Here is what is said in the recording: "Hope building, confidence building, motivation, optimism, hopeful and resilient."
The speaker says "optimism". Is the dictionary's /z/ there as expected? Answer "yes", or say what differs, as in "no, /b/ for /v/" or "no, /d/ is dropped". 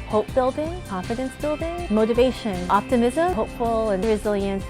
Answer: yes